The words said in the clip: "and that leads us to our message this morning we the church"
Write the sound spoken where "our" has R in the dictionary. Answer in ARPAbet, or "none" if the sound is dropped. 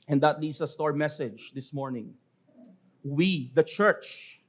R